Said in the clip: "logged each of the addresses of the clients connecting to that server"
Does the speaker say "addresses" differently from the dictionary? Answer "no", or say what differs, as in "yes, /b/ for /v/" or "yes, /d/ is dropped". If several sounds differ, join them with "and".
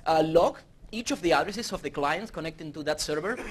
yes, /s/ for /z/